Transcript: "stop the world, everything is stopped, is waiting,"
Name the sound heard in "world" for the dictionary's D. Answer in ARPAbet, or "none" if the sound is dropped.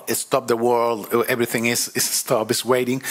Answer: D